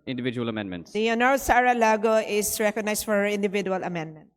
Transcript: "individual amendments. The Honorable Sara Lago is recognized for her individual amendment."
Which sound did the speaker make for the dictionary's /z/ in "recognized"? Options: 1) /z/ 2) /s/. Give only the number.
2